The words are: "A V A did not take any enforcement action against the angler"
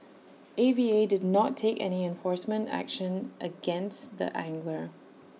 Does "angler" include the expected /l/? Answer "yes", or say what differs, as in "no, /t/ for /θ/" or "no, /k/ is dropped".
yes